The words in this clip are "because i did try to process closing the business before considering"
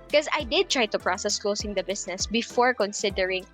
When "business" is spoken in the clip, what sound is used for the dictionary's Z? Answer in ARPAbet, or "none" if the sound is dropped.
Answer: S